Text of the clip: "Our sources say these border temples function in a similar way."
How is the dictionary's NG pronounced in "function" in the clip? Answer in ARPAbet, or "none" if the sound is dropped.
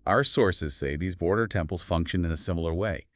NG